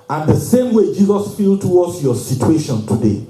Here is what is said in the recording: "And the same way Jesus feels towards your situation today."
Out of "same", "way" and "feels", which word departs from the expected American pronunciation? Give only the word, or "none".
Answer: feels